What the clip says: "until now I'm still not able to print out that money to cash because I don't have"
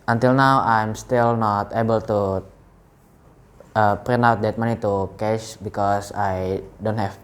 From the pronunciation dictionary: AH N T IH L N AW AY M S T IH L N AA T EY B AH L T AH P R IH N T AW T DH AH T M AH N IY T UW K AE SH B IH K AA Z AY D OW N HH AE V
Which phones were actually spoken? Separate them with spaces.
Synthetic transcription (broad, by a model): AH N T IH L N AW AY M S T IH L N AA T EY B AH L T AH P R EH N AW T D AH T M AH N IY T UW K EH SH B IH K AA S AY D OW N HH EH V